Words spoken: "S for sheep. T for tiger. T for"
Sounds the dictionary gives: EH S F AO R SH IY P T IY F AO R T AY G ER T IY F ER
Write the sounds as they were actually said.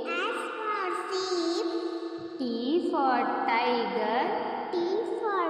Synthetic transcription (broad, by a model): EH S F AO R S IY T T IY F AO R T AY G ER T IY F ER